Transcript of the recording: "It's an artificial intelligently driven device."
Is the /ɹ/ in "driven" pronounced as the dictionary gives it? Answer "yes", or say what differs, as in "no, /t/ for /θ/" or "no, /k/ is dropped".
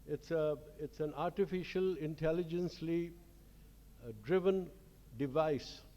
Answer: yes